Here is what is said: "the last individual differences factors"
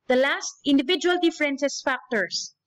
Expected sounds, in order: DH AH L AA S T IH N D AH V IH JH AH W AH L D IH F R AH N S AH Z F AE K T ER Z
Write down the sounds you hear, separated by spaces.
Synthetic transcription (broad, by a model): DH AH L AA S T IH N D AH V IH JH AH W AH L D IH F R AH N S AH S F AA K T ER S